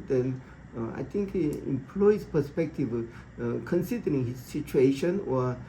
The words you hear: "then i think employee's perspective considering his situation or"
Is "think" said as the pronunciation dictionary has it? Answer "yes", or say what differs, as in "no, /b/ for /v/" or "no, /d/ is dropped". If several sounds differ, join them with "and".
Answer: no, /t/ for /θ/